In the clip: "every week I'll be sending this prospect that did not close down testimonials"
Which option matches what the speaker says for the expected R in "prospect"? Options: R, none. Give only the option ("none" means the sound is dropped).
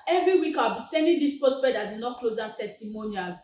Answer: none